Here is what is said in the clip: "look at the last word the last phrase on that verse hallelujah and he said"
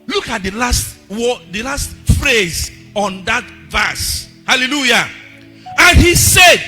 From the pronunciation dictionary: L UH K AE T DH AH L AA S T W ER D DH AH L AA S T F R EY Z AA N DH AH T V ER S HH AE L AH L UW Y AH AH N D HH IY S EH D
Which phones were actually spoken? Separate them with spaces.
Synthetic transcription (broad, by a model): L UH K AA T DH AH L AA S T W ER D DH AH L AA S T F R EY Z AA N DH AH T V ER S HH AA L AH L UW Y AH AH N HH IY S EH D